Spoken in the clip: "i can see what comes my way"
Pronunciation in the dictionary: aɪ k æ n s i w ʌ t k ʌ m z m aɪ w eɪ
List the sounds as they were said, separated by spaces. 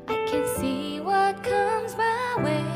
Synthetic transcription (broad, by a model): aɪ k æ n s i w ʌ t k ʌ m z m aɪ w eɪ